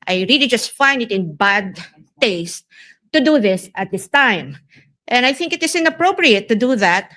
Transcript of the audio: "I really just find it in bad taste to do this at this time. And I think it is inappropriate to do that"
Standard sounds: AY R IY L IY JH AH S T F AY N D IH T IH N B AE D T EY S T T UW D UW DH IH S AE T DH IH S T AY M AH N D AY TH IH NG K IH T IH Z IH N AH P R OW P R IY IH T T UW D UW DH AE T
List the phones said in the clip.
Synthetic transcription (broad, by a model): AY R IY L IY JH AH S T F AY N D IH T IH N B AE D T EY S T T UW D UW DH IH S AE T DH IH S T AY M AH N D AY TH IH NG K IH T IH S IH N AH P R OW P R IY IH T T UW D UW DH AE T